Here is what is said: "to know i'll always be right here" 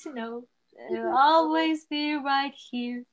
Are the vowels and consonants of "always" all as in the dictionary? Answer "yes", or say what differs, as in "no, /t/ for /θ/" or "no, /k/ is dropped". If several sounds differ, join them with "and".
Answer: yes